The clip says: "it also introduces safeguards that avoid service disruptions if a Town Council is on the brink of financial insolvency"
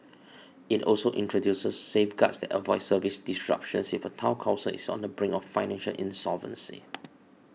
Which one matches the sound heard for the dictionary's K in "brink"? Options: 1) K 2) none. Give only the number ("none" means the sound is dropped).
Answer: 2